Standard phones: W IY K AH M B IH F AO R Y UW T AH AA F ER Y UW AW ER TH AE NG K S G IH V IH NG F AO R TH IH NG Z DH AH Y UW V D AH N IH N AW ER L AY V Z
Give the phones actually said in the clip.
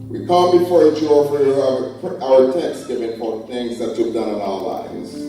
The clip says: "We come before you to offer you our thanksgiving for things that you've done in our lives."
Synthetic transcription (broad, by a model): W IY K AH M B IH F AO R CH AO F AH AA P AW ER T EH K S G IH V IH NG P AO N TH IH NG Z DH AH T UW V D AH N IH N AW ER L AY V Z